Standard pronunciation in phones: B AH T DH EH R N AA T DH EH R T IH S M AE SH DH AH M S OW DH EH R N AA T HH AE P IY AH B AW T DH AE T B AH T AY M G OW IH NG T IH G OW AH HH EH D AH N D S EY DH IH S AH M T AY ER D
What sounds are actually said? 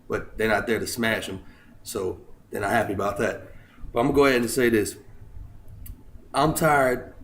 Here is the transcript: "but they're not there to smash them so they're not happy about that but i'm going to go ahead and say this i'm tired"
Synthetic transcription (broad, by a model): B AH T DH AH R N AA T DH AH R T IH S M AE SH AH M S OW DH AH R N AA T HH AE P IY AH B AW T DH AE T B AH T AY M G OW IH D T IH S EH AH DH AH S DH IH AH M T AY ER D